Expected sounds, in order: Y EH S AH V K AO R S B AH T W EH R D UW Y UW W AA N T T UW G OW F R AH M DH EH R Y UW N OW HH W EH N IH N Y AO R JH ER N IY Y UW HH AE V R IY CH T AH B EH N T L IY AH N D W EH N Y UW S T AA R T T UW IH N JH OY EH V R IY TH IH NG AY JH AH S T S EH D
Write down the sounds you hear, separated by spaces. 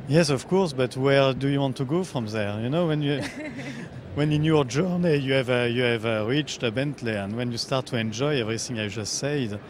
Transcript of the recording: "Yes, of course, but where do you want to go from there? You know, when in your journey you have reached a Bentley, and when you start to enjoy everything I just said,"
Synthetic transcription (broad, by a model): Y EH S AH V K AO R S B AH T W EH R D UW Y UW W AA N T T UW G OW F R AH M DH EH R Y UW N OW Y W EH N IH N Y AO R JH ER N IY Y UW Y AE V R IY CH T AH B EH N T L IY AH N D W EH N Y UW S T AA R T T UW IH N JH OY EH V R IY TH IH NG AY JH AH S T S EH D